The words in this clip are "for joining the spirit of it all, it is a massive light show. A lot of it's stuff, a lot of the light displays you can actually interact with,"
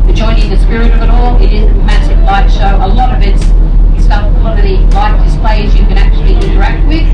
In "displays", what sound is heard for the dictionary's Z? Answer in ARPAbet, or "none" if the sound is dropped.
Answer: Z